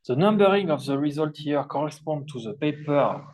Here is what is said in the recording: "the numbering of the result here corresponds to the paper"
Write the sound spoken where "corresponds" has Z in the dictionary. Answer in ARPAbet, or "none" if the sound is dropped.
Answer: none